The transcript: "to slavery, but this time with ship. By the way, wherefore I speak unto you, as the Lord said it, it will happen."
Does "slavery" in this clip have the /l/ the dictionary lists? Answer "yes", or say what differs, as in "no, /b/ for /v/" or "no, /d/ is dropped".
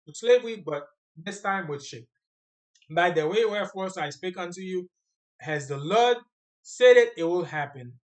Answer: yes